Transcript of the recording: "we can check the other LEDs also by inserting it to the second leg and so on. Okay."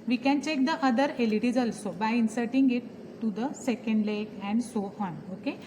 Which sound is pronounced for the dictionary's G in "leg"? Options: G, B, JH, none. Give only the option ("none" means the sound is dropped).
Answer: none